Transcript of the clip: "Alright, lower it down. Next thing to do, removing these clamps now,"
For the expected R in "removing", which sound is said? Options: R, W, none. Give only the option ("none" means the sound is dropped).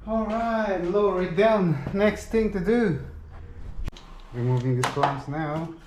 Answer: W